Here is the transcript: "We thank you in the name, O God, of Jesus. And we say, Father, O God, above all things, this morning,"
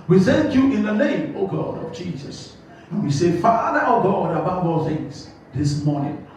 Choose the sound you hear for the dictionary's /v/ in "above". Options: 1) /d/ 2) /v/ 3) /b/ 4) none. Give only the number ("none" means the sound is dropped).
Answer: 3